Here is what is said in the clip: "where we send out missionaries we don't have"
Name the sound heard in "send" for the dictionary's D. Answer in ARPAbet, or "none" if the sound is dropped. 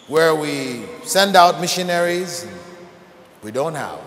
D